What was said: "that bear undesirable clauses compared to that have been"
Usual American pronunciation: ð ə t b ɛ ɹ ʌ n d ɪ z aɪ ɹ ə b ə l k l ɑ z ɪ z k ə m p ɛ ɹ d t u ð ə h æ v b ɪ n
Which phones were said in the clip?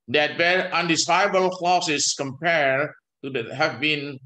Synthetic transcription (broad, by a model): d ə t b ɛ ɹ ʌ n d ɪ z aɪ ə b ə l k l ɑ s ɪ s k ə m p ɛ ɹ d t u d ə h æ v b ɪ n